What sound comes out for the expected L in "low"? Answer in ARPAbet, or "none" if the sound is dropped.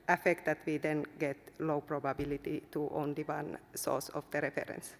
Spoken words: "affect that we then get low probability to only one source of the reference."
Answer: L